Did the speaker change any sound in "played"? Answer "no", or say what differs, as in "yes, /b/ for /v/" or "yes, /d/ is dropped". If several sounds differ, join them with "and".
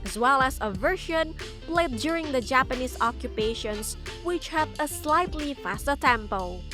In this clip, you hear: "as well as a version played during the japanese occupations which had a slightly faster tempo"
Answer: no